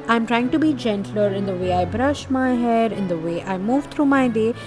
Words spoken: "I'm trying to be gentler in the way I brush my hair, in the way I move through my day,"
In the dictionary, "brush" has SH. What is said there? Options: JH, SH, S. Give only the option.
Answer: SH